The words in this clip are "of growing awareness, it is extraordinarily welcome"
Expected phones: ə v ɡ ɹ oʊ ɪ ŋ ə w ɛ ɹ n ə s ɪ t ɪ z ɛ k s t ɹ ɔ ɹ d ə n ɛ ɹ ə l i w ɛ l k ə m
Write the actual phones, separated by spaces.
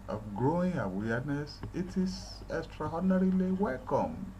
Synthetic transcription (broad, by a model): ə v ɡ ɹ oʊ ɪ ŋ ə w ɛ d n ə s ɪ t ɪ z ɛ k s t ɹ ɔ d n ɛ ɹ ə l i w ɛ l k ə m